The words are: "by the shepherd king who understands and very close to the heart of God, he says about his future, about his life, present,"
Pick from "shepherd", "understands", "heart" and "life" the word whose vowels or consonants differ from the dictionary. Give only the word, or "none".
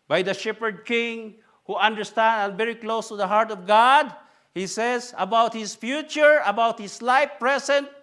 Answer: understands